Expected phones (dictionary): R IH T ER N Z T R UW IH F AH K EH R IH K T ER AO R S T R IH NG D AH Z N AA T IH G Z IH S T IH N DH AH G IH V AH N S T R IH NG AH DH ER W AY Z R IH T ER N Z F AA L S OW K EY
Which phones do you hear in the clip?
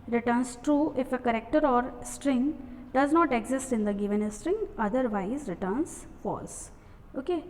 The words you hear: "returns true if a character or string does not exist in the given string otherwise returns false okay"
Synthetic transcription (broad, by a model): R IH T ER N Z T R UW IH F AH K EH R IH K T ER AO R S T R IH NG D AH Z N AA T IH G Z IH S T IH N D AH G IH V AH N S T R IH NG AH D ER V AY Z R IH T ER N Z F AA L S OW K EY